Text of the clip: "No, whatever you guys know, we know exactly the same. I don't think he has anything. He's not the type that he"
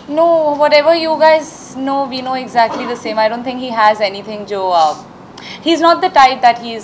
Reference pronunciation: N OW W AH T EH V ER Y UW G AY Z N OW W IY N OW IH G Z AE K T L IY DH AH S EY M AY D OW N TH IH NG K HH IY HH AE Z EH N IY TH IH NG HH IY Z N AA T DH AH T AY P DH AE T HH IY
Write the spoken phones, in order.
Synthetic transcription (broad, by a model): N OW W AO T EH V ER Y UW G AY Z N OW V IY N OW IH G Z AE K T L IY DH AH S EY M AY D OW N T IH NG K HH IY HH AE Z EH N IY T IH NG HH IY Z N AA T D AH T AY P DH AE T HH IY